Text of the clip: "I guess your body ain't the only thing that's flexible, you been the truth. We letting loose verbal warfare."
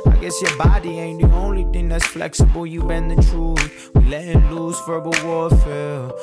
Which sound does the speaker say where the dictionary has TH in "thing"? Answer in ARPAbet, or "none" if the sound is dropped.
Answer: TH